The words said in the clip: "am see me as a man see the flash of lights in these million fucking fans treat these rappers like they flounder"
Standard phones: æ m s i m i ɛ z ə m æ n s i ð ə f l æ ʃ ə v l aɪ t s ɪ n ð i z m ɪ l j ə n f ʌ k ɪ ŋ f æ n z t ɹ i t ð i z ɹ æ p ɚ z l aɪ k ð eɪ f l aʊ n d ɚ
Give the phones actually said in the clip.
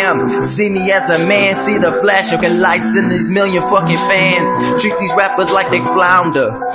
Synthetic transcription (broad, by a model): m s i m i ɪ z ə m æ n s i ð ə f l æ ʃ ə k l aɪ t s ɪ n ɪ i z m ɪ l j ə n f ʌ k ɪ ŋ f æ n z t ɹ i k ð i z ɹ æ p ɚ z l aɪ k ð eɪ f l aʊ n d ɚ